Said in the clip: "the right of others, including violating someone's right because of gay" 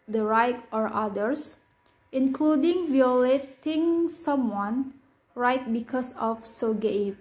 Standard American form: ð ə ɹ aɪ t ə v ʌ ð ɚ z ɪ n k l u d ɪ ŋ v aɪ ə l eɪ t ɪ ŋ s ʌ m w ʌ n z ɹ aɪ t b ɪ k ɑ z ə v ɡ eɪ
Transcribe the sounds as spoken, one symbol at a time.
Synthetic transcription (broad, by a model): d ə ɹ aɪ t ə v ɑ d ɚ s ɪ n k l u d ɪ ŋ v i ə l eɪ t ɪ ŋ s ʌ m w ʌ n ɹ aɪ t b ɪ k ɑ s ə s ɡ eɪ